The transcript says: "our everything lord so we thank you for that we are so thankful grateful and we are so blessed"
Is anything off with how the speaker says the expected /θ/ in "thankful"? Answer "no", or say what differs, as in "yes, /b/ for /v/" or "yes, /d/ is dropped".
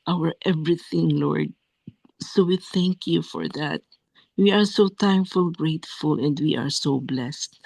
yes, /t/ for /θ/